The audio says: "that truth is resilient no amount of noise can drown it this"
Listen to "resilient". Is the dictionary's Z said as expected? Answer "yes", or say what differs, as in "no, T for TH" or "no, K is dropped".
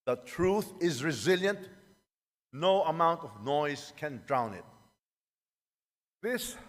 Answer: yes